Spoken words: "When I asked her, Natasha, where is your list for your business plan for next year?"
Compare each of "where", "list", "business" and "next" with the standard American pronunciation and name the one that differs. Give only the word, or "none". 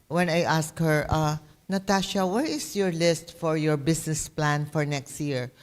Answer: business